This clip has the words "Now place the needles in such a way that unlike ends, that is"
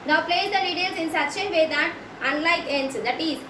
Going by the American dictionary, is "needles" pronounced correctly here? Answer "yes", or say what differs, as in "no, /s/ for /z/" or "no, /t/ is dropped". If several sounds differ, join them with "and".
no, /l/ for /n/